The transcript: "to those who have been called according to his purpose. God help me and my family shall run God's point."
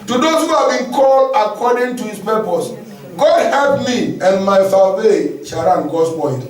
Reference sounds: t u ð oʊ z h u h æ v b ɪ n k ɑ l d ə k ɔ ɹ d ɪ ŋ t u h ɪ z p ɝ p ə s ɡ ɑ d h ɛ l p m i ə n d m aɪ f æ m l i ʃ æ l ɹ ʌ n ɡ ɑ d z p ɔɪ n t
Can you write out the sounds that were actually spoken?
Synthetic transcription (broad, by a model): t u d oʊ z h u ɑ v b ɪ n k ɑ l ə k ɔ d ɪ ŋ t u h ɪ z p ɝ p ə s ɡ ɑ d h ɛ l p m i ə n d m aɪ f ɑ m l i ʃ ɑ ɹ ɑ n ɡ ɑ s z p ɔɪ n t